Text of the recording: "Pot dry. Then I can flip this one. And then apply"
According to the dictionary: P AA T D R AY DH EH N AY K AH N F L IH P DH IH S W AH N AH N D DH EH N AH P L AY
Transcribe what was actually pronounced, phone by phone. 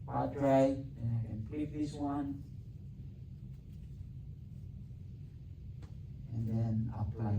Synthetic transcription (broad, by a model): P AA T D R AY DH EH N AY K AH N P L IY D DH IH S W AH N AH N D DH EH N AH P L AY